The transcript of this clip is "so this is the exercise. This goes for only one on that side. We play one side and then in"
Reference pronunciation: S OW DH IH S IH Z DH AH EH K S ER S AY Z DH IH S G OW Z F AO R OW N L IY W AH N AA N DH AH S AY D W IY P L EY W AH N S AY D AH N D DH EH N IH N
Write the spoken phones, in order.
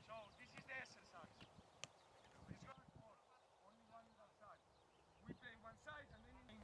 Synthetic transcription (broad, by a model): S OW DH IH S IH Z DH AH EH K S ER S AY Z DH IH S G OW F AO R OW N L IY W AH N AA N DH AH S AY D W IY P L EY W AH N S AY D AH N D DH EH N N